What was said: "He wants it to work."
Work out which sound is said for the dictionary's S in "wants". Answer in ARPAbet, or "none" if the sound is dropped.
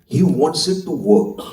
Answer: S